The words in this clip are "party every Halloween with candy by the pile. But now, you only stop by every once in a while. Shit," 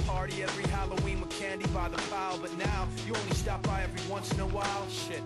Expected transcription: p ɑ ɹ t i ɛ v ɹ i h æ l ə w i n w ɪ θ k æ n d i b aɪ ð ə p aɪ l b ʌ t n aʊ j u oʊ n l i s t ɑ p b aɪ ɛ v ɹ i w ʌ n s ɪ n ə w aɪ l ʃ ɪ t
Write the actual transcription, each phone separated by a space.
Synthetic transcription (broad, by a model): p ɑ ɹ t i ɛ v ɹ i h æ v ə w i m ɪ k æ n d i b aɪ ð ə f aɪ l b ʌ t n aʊ j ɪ oʊ n l i s t ɑ p b aɪ ɛ v ɹ i w ʌ n s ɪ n ə w aɪ l ʃ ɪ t